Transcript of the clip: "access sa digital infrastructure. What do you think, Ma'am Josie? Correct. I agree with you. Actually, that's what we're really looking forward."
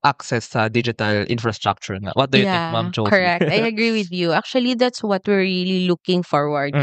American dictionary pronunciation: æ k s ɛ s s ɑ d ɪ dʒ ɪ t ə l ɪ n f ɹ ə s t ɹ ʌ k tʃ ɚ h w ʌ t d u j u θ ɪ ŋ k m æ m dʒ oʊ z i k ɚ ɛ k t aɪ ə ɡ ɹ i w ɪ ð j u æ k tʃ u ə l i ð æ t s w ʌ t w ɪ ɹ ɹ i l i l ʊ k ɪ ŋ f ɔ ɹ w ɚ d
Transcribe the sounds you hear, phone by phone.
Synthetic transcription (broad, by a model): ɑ k s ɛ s s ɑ d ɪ dʒ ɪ t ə l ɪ n f ɹ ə s t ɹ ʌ k tʃ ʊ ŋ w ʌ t d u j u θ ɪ k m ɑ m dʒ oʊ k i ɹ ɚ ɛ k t aɪ ə ɡ ɹ i w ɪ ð j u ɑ k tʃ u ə l i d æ t s w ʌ t w ɪ ɹ ɹ i l i l ʊ k ɪ ŋ f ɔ ɹ w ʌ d